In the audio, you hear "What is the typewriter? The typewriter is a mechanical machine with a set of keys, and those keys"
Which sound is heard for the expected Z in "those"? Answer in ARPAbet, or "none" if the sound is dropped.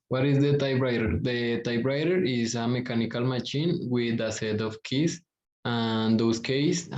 S